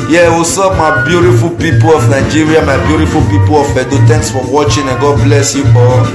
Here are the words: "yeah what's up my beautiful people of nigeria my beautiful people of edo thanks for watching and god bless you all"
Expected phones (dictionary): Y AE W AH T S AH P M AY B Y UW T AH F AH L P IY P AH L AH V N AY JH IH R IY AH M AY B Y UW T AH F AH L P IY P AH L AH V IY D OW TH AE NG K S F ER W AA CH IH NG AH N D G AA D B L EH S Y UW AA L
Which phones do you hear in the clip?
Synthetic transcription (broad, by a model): Y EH W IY S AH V M AY B Y UW T AH F AH L P IY P AH L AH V N AY JH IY R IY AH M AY B Y UW T AH F AH L P IY P AH L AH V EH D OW T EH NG K S F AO W AA CH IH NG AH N G AA D B L EH S Y UW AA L